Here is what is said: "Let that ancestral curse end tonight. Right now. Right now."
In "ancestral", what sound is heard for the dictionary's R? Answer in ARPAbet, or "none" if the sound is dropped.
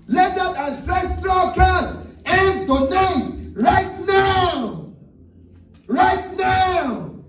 R